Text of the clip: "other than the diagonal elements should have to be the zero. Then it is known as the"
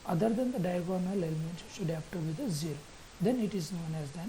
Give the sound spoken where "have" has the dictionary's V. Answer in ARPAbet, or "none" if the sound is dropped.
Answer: P